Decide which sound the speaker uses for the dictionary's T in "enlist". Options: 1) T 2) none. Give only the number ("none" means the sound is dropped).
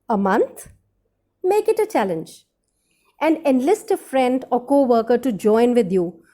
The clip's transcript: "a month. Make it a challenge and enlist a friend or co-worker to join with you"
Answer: 1